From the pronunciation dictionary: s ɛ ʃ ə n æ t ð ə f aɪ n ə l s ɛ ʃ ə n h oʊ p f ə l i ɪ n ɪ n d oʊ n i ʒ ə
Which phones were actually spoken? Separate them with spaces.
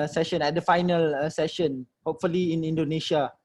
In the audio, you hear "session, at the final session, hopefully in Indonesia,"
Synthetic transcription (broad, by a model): s ɛ ʃ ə n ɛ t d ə f aɪ n ə l s ɛ ʃ ə n h oʊ p f ə l i ɪ n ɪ n d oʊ n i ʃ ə